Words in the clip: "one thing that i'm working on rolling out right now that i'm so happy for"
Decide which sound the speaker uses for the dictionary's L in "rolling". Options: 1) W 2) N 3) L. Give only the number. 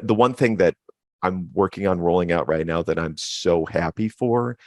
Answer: 3